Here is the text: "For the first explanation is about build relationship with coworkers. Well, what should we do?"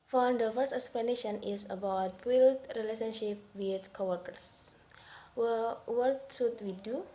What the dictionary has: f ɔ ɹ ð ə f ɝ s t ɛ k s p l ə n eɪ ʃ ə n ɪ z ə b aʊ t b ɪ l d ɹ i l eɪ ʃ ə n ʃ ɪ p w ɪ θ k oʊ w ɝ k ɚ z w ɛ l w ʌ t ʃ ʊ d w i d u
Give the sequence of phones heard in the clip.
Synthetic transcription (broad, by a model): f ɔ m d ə f ɝ s t ɛ k s p l ə n eɪ ʃ ə n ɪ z ə b aʊ t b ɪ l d ɹ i l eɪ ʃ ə n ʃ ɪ p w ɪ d k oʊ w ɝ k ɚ s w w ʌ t s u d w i d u